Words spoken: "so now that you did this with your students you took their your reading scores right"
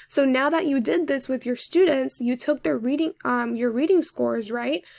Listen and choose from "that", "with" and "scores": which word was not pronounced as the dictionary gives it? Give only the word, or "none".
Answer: none